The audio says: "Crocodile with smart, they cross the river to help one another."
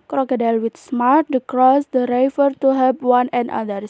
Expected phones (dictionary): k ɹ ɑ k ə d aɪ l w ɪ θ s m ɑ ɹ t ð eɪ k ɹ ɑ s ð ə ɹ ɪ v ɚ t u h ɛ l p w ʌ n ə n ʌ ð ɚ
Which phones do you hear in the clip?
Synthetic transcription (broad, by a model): k ɹ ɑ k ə d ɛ l w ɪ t s m ɑ ɹ t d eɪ k ɹ ɑ s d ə ɹ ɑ f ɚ t u h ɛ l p w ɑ n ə n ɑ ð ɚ